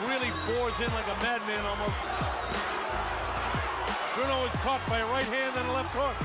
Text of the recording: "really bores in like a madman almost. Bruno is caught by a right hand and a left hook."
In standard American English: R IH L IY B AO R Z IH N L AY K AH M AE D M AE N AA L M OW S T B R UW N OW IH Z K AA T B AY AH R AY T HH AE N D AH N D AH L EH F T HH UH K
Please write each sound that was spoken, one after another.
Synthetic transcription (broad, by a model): R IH L IY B AO R Z IH N L AY K AH M AE D M AE N AA L M OW S T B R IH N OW IH Z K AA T B AY AH R AY T HH AE N D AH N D AH L EH F T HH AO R